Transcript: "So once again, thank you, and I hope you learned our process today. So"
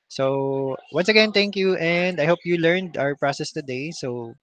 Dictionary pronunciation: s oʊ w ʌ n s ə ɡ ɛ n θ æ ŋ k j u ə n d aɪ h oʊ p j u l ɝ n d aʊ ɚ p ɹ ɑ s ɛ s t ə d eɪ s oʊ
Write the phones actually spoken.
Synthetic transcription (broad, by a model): s oʊ w ʌ n s ə ɡ ɛ n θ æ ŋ k j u ə n d aɪ h oʊ p j u l ɝ n d aʊ ɚ p ɹ ɑ s ɛ s t ə d eɪ s oʊ